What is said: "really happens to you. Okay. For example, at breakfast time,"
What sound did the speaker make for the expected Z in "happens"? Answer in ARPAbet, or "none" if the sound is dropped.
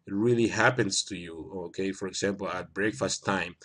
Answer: S